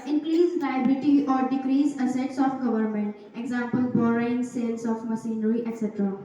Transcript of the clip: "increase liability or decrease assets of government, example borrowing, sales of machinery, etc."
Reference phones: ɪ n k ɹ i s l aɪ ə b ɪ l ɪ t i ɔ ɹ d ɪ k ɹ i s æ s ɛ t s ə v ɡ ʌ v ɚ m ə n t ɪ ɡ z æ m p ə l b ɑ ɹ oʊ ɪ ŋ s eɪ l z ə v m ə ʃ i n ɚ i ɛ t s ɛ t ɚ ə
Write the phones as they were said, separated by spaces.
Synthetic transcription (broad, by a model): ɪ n k ɹ i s l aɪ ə b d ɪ t i ɔ ɹ d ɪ k ɹ i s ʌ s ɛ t s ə f ɡ ʌ v ɚ m ə n t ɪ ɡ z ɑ m p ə l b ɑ ɹ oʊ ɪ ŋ s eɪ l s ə f m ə s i n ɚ i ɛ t s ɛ t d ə